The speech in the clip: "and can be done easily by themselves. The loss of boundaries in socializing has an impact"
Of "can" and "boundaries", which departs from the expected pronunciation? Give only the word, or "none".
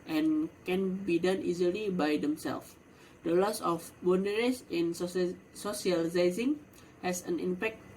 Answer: boundaries